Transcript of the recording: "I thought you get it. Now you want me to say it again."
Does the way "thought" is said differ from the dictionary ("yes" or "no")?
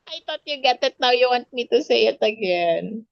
yes